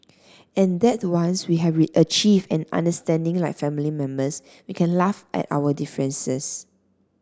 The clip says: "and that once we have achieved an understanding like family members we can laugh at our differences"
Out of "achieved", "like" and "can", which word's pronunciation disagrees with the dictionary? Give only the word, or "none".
achieved